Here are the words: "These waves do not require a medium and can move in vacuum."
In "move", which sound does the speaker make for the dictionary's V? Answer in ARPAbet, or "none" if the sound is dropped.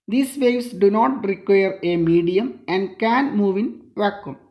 V